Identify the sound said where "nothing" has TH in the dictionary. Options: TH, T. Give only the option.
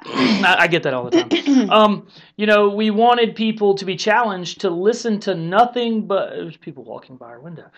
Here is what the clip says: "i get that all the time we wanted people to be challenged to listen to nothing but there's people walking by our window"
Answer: TH